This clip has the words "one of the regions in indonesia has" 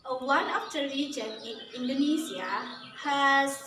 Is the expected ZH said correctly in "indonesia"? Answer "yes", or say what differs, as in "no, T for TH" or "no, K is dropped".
no, Z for ZH